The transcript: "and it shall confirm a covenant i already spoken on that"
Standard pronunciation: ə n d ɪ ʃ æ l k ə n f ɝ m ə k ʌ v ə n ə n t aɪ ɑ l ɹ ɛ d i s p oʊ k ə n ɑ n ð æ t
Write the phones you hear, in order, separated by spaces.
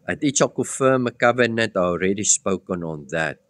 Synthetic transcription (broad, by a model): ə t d ɪ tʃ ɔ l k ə f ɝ m ə k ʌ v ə n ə n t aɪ ɑ l ɹ ɛ d i s p oʊ k ə n ɑ n ð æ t